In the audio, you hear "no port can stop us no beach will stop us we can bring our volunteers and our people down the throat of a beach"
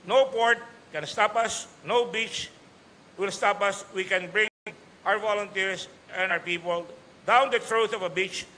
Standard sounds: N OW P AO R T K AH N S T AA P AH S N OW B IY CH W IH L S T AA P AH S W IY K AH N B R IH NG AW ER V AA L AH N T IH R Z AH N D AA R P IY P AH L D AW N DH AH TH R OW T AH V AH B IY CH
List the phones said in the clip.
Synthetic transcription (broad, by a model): N OW P AO R T K AH N S T AA P AH S N OW B IY CH W IH L S T AA P AH S W IY K AH N B R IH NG AW ER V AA L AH N T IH R S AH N AA R P IY P AH L D AW N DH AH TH R OW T AH V AH B IY CH